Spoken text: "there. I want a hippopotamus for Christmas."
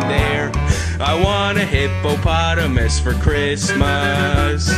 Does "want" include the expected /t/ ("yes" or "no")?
no